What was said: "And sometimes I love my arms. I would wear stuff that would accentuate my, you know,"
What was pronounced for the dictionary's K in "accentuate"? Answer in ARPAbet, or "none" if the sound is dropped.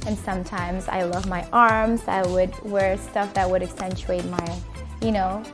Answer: K